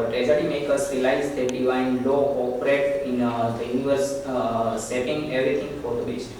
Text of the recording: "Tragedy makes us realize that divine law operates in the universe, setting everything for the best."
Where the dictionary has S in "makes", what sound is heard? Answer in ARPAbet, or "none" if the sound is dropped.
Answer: none